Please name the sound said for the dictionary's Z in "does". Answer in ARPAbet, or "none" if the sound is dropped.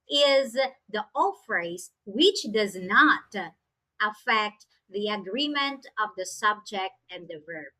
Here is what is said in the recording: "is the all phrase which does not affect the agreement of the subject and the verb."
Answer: Z